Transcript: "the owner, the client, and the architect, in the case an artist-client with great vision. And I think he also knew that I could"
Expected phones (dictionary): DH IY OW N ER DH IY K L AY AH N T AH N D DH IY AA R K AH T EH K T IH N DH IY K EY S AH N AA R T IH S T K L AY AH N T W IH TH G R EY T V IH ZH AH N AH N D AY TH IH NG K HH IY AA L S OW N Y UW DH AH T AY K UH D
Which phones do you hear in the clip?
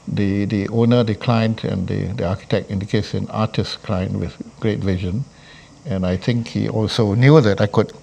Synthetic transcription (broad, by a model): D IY OW N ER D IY K L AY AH N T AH N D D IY AA K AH T EH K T IH N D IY K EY S AH N AA T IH S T K L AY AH N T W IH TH G R EY T V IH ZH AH N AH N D AY T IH NG K HH IY AA L S OW N Y UW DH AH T AY K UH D